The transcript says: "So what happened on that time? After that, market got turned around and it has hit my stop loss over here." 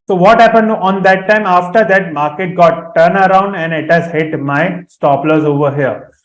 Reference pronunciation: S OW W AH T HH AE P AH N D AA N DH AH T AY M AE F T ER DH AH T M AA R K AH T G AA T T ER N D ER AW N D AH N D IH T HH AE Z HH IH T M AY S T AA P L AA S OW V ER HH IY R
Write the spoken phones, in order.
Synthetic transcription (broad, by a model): S OW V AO T HH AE P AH N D AA N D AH T AY M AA F T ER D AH T M AA R K AH T G AA T T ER N ER AW N D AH N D IH T HH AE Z HH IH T M AY S T AA P L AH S OW V ER HH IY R